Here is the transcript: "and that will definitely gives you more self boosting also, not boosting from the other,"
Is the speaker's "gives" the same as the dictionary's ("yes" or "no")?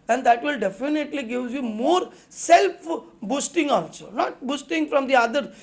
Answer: no